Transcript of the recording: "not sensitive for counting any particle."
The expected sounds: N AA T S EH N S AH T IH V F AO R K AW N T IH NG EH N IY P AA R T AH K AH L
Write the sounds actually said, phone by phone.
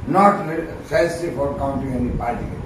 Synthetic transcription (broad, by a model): N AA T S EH S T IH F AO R K AW N T IH NG EH N IY P AA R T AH